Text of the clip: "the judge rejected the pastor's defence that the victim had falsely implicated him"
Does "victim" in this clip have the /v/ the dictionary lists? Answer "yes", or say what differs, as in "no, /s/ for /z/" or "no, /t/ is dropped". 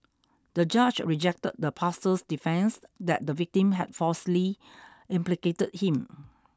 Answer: yes